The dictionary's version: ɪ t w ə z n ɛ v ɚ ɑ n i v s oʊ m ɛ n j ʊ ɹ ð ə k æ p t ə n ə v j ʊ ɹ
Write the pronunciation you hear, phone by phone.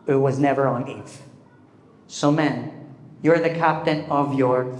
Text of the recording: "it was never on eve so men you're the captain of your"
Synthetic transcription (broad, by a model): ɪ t w ə z n ɛ v ɚ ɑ n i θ s oʊ m ɛ n j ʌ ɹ ð ə k æ p t ə n ə v j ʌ ɹ